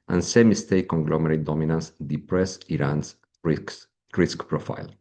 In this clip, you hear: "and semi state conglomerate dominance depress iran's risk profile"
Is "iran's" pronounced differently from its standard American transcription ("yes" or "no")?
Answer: yes